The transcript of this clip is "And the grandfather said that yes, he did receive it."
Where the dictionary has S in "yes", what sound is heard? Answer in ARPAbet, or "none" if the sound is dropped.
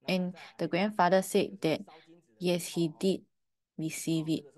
S